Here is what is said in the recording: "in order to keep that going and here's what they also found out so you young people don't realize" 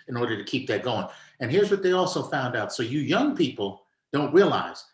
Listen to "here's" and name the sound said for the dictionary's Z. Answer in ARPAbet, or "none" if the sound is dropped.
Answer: Z